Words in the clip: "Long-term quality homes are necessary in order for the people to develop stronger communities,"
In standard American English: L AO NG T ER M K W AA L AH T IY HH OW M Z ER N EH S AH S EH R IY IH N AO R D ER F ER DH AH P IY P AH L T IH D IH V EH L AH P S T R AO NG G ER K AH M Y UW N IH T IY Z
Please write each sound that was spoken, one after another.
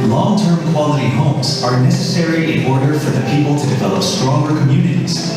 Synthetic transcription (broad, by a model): L AO NG T ER M K W AA L AH T IY HH OW M Z ER N EH S AH S EH R IY IH N AO R D ER F ER DH AH P IY P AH L T IH D IH V EH L AH P S T R AO NG G ER K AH M Y UW N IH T IY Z